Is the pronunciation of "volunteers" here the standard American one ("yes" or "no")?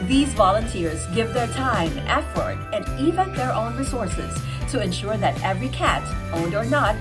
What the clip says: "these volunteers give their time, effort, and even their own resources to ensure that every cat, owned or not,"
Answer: yes